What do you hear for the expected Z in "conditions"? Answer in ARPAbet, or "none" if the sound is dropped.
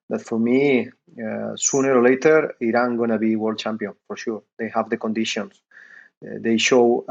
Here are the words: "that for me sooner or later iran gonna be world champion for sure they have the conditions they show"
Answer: S